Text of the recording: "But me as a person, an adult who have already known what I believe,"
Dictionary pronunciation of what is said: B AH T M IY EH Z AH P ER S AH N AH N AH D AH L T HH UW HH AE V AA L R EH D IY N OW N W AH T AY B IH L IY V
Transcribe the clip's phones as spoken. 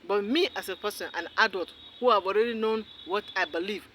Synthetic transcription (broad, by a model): B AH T M IY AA S AH P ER S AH N AH N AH D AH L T HH UW HH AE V AA L R EH D IY N OW N W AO T AY B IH L IY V